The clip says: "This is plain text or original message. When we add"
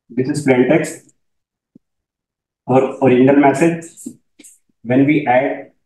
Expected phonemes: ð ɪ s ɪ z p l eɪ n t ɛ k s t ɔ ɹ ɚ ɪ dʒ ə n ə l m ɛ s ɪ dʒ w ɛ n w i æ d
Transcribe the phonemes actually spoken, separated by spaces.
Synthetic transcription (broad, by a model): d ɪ s ɪ z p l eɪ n t ɛ k s t ɔ ɹ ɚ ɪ dʒ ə n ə l m ɛ s ɪ dʒ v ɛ n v i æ d